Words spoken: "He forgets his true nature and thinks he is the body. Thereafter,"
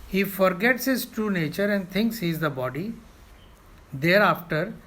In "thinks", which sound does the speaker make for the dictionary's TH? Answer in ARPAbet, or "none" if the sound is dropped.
T